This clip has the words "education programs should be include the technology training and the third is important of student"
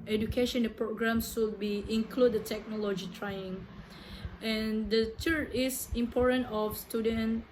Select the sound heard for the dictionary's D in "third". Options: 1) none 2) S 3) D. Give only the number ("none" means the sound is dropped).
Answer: 1